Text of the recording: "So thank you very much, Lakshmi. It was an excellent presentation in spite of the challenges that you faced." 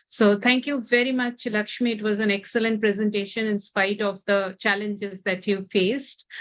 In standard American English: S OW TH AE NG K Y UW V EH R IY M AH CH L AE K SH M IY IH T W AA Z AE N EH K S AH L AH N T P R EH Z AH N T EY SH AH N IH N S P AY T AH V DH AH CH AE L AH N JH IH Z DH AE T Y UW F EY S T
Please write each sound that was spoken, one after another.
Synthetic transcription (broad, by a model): S OW T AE NG K Y UW V EH R IY M AH CH L AE K SH M IY IH T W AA Z AE N EH K S AH L AH N T P R EH Z AH N T EY SH AH N IH N S P AY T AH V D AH CH AE L AH N JH IH Z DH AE T Y UW F EY S T